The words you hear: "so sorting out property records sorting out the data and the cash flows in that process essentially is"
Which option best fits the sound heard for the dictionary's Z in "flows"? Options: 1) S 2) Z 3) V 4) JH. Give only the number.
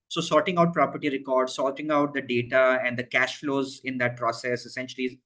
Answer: 2